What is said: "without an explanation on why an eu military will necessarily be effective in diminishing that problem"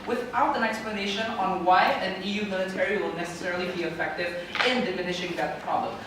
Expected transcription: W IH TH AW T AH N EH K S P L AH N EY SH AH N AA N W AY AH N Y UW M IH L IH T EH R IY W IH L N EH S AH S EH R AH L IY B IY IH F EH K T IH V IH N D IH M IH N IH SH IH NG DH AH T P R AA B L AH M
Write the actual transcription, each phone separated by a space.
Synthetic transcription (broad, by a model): W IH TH AW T AH N EH K S P L AH N EY SH AH N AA N W AY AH N Y UW M IH L IH T EH R IY W IH L N EH S AH S EH R AH L IY B IY IH F EH K T IH V IH N D IH M IH N IH SH IH NG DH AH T P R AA B L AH M